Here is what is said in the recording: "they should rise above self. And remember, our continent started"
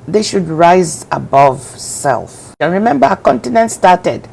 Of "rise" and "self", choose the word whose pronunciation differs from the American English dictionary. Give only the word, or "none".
none